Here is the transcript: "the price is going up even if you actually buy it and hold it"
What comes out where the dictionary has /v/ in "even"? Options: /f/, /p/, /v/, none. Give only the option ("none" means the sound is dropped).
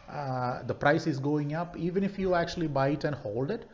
/v/